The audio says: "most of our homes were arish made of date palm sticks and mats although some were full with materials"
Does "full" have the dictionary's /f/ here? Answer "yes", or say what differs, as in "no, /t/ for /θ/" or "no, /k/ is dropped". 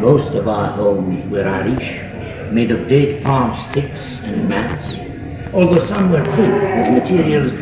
no, /p/ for /f/